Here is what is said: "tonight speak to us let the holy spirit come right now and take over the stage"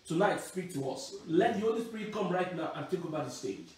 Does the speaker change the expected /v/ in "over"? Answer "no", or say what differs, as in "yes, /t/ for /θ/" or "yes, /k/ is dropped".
yes, /b/ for /v/